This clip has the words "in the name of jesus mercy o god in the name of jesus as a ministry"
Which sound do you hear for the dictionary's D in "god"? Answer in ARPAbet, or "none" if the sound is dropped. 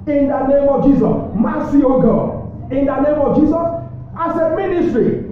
none